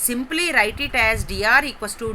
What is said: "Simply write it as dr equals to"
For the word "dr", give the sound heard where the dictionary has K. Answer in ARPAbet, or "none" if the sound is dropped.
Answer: none